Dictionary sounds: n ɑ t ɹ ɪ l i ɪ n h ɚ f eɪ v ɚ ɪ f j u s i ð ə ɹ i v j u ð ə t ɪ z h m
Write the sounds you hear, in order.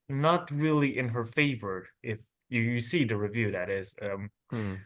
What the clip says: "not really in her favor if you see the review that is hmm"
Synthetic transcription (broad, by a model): n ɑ t ɹ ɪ l i ɪ n h ɚ f eɪ v ɚ ɪ f j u s i ð ə ɹ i v j u ð ə t ɪ z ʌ m